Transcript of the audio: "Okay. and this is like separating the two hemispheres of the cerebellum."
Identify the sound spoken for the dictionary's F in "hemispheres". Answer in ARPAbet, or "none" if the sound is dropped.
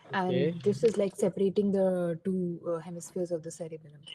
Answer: F